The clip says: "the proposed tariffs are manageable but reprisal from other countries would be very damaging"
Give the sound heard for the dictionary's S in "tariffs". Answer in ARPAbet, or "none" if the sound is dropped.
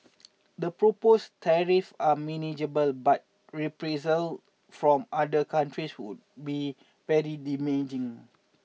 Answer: none